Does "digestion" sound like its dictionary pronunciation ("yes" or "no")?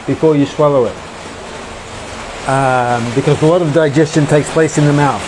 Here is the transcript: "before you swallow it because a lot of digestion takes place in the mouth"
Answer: yes